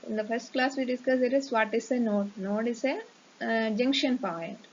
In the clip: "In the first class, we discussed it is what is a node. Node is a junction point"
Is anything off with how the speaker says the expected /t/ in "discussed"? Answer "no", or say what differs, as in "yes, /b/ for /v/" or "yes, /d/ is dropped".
yes, /t/ is dropped